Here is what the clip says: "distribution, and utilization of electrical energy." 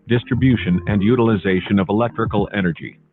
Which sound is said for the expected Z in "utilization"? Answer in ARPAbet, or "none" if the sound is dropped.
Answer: Z